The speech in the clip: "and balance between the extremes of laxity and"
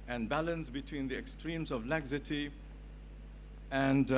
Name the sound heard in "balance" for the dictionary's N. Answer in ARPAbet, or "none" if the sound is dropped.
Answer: N